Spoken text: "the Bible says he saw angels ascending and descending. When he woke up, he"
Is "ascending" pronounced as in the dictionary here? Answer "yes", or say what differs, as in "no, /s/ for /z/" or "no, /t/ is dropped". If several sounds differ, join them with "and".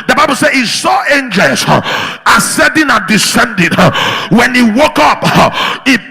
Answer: no, /n/ is dropped